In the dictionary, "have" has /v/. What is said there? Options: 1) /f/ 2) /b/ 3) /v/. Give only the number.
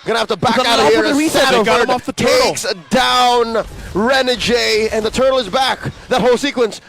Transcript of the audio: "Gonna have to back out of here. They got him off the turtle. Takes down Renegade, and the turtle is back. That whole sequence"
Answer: 1